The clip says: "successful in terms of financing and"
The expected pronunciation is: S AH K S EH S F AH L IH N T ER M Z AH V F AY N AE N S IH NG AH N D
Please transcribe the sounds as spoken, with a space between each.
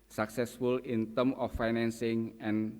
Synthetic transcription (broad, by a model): S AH K S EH S F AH L IH N T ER M AH F AY N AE N S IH NG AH N